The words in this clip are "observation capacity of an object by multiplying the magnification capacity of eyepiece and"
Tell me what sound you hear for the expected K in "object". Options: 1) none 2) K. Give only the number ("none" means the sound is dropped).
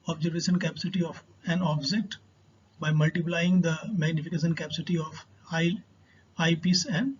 1